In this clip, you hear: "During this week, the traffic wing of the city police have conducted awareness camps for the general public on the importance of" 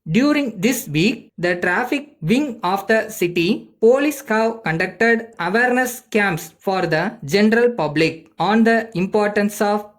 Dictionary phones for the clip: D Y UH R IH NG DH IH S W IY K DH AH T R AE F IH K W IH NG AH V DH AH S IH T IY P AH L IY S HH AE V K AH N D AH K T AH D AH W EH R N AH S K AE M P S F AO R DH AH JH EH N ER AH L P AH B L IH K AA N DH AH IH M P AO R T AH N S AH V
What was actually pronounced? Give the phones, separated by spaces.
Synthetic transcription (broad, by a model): D Y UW R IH NG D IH S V IY K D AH T R AE F IH K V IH NG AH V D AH S IH T IY P AH L IY S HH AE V K AH N D AH K T AH D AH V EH R N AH S K AE M P S F AO R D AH JH EH N ER AH L P AH B L IH K AA N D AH IH M P AO R T AH N S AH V